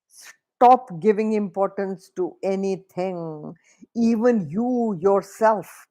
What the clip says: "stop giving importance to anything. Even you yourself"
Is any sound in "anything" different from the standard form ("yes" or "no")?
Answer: yes